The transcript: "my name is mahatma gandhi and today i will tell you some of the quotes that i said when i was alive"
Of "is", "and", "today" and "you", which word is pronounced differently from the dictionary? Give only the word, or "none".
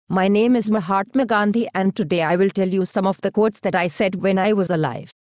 none